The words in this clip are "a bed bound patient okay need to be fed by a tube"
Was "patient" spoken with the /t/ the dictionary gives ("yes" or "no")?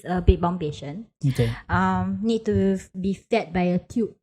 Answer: no